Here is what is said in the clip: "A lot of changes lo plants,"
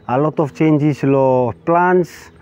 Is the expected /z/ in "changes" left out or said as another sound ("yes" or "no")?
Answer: yes